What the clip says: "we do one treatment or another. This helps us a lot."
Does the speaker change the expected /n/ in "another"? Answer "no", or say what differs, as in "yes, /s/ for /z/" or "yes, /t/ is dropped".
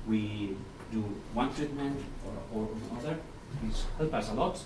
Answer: yes, /n/ is dropped